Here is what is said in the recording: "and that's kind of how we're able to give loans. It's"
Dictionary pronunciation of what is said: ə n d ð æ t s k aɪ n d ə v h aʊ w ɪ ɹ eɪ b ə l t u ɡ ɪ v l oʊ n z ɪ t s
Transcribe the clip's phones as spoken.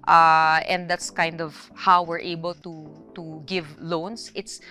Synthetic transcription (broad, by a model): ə n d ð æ t s k aɪ n d ə v h aʊ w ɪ ɹ eɪ b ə l t u ɡ ɪ v l oʊ n s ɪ t s